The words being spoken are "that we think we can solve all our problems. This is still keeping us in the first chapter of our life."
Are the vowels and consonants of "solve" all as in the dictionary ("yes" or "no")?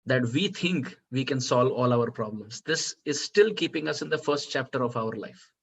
yes